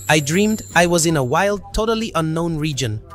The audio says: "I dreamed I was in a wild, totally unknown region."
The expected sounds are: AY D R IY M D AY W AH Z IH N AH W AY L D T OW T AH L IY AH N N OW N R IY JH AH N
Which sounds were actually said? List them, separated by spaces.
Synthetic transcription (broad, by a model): AY D R IY M D AY W AH Z IH N AH W AY L D T OW T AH L IY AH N N OW N R IY JH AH N